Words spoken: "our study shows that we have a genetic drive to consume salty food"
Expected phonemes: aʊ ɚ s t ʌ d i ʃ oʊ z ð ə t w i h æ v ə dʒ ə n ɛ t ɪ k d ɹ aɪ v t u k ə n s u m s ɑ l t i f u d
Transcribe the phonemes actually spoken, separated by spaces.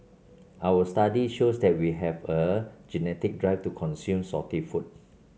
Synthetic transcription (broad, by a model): aʊ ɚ s t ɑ d i ʃ oʊ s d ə t w i h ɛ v ə dʒ ə n ɛ t ɪ k d ɹ aɪ f t u k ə n s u m s ɑ t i f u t